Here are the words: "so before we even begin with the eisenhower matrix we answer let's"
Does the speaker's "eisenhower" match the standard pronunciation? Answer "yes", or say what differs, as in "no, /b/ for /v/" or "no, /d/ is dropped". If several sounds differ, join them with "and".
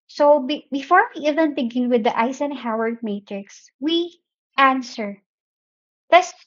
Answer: no, /s/ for /z/